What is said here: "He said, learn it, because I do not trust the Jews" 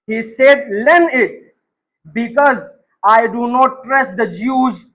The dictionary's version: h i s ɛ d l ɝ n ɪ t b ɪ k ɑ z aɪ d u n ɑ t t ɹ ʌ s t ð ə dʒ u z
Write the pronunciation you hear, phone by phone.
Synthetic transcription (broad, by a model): h i s ɛ d l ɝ n ɪ t b ɪ k ɑ z aɪ d u n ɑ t t ɹ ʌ s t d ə dʒ u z